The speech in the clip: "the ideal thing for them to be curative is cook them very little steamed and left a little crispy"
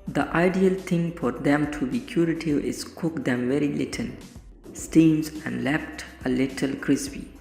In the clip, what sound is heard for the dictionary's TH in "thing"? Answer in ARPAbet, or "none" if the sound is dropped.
T